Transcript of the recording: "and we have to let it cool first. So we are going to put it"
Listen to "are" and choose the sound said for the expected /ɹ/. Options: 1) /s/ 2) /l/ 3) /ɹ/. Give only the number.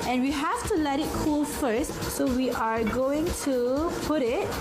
3